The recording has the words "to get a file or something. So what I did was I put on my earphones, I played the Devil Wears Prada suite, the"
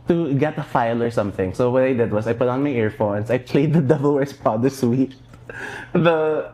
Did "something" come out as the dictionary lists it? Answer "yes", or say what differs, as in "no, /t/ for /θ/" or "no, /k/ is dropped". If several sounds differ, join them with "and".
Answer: yes